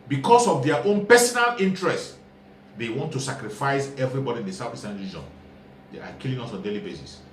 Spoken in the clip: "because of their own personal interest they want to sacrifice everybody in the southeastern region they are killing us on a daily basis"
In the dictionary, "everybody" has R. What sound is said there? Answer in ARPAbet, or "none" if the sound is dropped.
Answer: R